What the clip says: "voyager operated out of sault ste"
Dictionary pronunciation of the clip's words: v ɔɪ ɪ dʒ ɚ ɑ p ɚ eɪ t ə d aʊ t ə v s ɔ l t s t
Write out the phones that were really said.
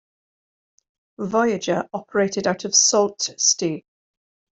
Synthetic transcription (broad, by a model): v ɔɪ ɪ dʒ ɚ ɑ p ɚ eɪ t ə d aʊ t ə v s ɔ l t s t